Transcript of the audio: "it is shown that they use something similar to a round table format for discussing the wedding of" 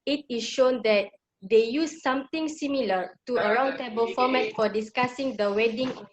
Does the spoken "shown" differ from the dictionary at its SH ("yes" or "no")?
no